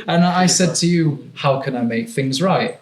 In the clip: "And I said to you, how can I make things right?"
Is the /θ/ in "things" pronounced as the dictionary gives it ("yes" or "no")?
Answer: yes